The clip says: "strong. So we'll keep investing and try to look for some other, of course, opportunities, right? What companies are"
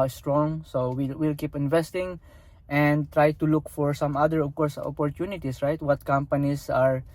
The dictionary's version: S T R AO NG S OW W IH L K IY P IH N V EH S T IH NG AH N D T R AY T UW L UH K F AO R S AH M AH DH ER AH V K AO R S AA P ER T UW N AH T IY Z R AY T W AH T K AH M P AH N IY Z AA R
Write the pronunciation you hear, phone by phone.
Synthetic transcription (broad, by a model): S T R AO NG S OW W IH L K IY P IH N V EH S T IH NG AH N D T R AY T UW L UH K F AO R S AH M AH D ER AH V K AO R S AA P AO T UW N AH T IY S R AY T W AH T K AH M P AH N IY S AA R